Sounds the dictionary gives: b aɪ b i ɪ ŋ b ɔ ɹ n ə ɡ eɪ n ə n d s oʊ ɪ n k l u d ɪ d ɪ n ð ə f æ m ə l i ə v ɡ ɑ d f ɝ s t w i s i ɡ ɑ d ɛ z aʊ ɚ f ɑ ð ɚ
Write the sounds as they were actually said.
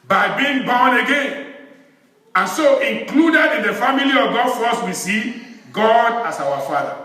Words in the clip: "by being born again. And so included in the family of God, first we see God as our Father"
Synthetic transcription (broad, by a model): b aɪ b i ɪ ŋ b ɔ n ə ɡ eɪ n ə n s oʊ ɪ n k l u d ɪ d ɪ n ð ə f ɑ m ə l i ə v ɡ ɑ d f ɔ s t w i s i ɡ ɑ d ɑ s aʊ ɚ f ɑ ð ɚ